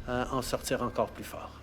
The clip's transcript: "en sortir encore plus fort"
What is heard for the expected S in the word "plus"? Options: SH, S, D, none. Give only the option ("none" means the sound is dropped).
none